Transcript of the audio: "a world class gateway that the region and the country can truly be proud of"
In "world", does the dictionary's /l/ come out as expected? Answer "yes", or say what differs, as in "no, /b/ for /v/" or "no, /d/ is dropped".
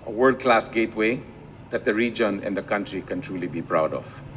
no, /l/ is dropped